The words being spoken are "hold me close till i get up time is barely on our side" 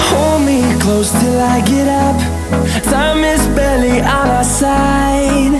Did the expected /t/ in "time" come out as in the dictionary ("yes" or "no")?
no